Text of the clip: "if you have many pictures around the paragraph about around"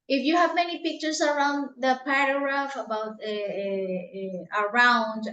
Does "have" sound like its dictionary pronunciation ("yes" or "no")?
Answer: yes